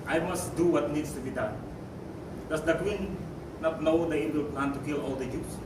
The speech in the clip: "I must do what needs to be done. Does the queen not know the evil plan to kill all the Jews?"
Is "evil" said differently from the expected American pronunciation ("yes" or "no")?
yes